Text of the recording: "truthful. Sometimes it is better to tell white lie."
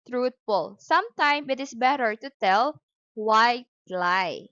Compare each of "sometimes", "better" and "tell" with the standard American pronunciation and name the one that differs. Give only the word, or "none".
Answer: sometimes